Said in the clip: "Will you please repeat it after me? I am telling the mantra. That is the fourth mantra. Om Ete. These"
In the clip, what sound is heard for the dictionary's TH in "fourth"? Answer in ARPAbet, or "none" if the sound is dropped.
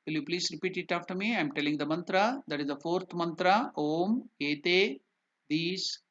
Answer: T